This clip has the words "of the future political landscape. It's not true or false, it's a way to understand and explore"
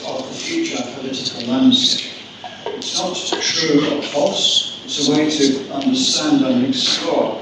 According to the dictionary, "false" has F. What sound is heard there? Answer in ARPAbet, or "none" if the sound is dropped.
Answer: P